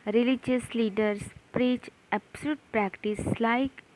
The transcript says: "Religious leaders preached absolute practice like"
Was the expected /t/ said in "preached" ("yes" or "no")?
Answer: no